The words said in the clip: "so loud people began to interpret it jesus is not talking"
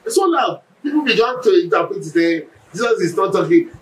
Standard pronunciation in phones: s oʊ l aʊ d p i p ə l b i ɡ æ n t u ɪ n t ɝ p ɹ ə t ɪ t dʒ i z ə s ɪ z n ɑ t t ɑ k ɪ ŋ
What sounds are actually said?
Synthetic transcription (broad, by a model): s oʊ n aʊ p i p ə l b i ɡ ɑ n t u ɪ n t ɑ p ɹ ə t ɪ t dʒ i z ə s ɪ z n ɑ t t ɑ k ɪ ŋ